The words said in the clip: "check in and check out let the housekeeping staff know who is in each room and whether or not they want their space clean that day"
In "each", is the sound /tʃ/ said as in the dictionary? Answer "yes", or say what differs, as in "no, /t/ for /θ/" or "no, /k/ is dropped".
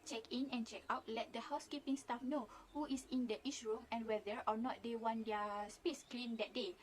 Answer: no, /ʃ/ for /tʃ/